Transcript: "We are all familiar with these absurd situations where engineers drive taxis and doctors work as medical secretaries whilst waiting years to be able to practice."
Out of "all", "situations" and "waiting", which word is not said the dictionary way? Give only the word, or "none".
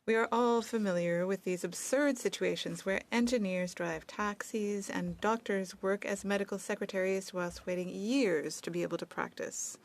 none